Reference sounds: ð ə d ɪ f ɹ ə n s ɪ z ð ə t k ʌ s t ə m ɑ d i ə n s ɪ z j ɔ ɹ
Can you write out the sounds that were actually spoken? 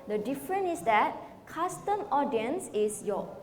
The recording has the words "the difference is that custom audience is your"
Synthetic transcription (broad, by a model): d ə d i f ɹ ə n ɪ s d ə t k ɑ s t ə m ɑ d i ə n s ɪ s j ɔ